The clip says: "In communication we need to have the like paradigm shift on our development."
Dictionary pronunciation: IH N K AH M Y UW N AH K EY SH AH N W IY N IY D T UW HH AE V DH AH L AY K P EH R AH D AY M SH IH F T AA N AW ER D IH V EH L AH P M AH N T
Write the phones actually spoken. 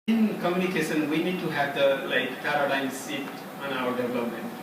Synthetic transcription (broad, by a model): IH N K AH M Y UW N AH K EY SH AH N W IY N IY D T UW HH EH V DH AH L AY K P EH R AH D AY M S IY T AA N AW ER D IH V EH L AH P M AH N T